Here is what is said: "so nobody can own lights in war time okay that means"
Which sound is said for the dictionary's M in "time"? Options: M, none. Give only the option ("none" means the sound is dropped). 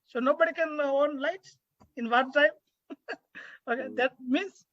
M